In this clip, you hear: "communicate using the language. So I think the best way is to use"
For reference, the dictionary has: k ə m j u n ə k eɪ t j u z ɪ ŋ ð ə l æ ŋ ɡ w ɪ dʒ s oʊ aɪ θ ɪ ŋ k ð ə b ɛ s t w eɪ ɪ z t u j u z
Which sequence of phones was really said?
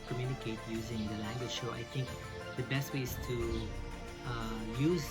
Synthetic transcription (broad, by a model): k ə m j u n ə k eɪ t j u z ɪ ŋ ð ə l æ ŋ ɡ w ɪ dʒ ʃ oʊ aɪ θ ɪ ŋ k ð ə b ɛ s t w eɪ ɪ z t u j u z